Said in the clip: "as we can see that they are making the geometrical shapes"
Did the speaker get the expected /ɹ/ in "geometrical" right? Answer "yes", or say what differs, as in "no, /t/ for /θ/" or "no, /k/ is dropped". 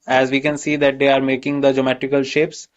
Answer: no, /ɹ/ is dropped